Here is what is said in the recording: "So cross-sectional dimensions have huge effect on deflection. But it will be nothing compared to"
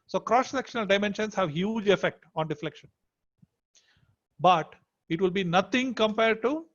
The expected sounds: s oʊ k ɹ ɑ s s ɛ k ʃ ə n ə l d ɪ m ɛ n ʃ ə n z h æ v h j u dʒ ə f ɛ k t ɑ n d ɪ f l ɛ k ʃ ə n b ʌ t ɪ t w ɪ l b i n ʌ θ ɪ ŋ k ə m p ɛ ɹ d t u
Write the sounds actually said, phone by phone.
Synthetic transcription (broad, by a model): s oʊ k ɹ ɑ s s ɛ k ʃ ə n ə l d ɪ m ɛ n ʃ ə n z h æ v h j u dʒ ə f ɛ k t ɑ n d ɪ f l ɛ k ʃ ə n b ʌ t ɪ t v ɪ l b i n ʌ t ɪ ŋ k ə m p ɛ ɹ d t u